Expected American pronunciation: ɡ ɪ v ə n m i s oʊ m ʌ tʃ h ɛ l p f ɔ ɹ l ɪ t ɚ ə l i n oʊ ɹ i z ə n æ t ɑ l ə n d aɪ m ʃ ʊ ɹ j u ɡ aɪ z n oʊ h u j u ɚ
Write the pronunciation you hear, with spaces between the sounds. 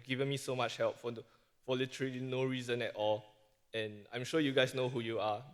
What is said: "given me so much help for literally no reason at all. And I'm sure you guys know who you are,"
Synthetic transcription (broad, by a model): ɡ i v ə n m i s oʊ m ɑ tʃ h ɛ l p f ɔ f l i t ɚ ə l i n oʊ ɹ i z ə n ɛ t ɑ l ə n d aɪ m ʃ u j u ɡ aɪ s n oʊ h u j u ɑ